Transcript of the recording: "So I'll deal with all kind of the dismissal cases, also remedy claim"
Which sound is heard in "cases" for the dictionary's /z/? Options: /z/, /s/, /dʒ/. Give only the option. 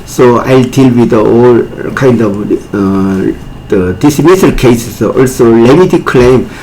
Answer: /s/